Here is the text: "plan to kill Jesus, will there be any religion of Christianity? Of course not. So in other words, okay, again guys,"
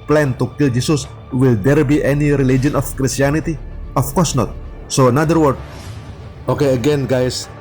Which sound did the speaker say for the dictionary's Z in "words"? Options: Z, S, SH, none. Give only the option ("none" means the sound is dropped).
none